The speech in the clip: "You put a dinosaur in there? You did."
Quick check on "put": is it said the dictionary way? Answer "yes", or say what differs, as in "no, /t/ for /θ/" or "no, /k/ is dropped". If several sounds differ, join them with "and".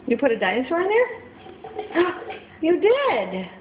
yes